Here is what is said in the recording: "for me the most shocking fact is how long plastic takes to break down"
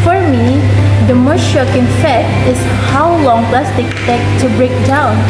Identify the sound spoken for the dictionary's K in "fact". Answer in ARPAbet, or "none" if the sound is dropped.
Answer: none